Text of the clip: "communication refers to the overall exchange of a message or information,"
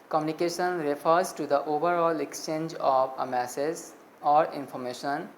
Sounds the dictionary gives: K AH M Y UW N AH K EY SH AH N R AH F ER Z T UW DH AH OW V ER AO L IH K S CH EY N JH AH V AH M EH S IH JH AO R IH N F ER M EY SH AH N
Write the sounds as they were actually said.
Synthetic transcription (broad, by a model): K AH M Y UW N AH K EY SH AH N R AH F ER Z T UW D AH OW V ER AO L IH K S CH EY N JH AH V AH M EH S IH Z AO R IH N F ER M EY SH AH N